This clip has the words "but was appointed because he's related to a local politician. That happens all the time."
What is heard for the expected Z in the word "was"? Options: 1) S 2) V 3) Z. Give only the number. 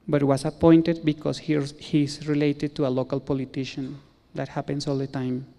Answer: 1